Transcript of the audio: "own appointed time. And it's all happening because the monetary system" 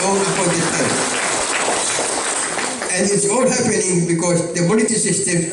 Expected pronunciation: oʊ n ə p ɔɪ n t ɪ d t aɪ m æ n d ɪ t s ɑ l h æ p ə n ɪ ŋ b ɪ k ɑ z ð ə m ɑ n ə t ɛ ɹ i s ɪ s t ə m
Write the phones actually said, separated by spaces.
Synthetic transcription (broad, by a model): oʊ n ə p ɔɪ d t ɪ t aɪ æ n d ɪ t s ɑ l h æ p ə n ɪ ŋ b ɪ k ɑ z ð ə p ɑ l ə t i s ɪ s t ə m